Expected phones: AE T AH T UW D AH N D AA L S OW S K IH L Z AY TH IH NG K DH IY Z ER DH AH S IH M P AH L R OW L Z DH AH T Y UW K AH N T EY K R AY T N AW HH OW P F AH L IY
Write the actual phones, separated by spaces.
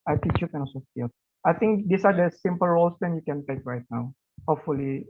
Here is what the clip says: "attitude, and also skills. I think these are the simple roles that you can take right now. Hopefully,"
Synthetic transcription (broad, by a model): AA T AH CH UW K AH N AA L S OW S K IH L AY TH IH NG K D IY S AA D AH S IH M P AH L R OW L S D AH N Y UW K AH N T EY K R AY T N AW HH OW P F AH L IY